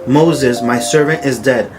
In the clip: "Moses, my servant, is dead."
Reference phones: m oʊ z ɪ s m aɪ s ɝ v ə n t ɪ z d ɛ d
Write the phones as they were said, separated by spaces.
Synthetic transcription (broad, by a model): m oʊ z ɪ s m aɪ s ɝ v ə n t ɪ z d ɛ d